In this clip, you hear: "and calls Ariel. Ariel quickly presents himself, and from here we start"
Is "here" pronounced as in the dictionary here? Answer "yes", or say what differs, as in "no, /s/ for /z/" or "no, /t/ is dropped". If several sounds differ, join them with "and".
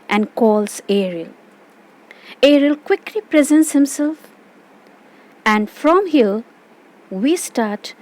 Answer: no, /l/ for /ɹ/